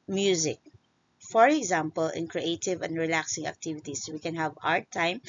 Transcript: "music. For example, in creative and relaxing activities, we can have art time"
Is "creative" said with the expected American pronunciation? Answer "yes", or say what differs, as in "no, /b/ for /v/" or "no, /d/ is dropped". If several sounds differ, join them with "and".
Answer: yes